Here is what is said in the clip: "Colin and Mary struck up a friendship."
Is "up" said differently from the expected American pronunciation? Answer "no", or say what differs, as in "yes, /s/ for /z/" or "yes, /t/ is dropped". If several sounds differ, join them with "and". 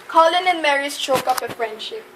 yes, /f/ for /p/